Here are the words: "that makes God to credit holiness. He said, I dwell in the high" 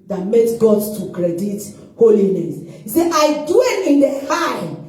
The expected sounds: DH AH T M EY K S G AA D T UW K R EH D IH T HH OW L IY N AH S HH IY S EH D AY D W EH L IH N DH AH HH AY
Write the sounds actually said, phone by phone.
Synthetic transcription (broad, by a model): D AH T M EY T G AA D T UW K R EH D IH T HH OW L IY N AH S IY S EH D AY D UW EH N IH N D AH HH AY